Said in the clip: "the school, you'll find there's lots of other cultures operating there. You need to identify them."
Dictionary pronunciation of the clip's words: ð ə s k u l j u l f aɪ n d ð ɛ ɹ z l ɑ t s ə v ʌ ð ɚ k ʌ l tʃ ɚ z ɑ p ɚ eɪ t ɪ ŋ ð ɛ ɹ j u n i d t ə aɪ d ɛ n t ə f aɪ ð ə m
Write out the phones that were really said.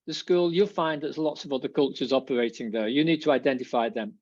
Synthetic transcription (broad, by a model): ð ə s k u l j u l f aɪ n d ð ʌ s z l ɑ t s ə v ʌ ð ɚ k ʌ l tʃ ɚ z ɑ p ɚ eɪ t ɪ ŋ ð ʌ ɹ j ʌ n i d t ə aɪ d ɛ n t ə f aɪ ð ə m